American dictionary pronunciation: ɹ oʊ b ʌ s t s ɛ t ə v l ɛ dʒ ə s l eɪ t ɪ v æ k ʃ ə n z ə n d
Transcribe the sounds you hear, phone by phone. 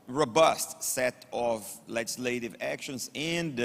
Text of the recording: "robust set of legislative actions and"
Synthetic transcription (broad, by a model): ɹ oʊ b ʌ s t s ɛ t ə v l ɛ dʒ ə s l eɪ t ɪ v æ k ʃ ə n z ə n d